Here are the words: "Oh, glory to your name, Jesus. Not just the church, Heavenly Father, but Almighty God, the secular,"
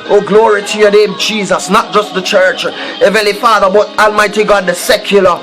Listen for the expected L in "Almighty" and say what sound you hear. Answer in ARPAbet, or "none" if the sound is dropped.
L